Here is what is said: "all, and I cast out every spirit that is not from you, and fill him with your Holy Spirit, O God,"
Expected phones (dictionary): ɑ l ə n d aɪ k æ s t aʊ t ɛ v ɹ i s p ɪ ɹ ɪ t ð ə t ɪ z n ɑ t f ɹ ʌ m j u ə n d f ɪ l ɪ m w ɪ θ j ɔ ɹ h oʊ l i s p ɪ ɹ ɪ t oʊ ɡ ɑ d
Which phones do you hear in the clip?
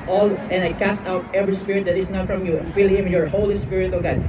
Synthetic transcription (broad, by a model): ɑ l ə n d aɪ k æ s t aʊ t ɛ v ɹ i s p ɪ ɹ ɪ t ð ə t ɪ s n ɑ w f ɹ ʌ m j u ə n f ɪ l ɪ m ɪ j ɔ ɹ h oʊ l i s p ɪ ɹ ɪ t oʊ ɡ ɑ d